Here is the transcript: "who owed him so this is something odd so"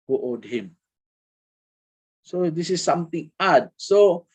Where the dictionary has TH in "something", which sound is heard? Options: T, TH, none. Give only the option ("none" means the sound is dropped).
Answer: T